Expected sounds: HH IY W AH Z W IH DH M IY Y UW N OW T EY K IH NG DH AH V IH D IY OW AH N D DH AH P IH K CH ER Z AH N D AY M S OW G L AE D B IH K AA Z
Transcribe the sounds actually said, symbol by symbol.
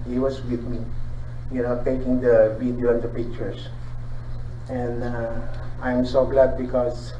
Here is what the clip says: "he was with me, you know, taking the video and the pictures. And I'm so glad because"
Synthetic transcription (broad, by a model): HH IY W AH S W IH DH M IY Y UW N OW T EY K IH NG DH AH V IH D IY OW AH N D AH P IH K CH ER S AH N D AY M S OW G L AE D B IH K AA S